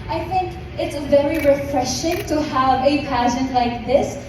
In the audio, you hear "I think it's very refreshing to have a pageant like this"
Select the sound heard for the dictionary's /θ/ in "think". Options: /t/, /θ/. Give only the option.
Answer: /θ/